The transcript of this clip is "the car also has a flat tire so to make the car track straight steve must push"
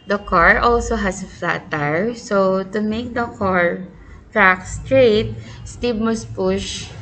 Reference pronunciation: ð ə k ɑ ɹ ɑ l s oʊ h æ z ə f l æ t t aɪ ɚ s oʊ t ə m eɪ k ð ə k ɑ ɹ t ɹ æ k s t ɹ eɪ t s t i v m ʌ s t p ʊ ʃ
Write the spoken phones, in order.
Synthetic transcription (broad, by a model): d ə k ɑ ɹ ɑ l s oʊ h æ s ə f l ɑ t t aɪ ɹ s oʊ t ə m eɪ k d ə k ɑ ɹ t ɹ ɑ k s t ɹ eɪ t s t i b m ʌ s p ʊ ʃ